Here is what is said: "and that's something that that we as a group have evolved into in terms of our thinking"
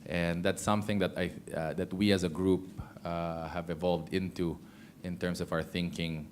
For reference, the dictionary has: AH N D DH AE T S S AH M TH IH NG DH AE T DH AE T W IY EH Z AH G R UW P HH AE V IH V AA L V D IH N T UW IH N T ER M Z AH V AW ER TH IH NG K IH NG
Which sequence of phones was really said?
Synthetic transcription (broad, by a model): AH N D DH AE T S S AH M TH IH NG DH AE T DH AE T W IY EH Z AH G R UW P HH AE V IH V AA L V D IH N T UW IH N T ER M S AH V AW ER TH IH NG K IH NG